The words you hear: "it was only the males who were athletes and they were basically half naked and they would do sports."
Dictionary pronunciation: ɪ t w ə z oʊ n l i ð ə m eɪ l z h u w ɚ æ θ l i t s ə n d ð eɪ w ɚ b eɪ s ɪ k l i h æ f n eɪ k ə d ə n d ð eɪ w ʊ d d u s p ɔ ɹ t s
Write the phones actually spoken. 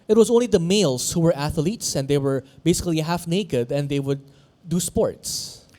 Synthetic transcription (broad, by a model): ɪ t w ə z oʊ n l i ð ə m eɪ l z h u w ɚ æ θ l i t s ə n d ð eɪ w ɚ b eɪ s ɪ k l i h æ f n eɪ k ə d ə n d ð eɪ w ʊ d d u s p ɔ ɹ t s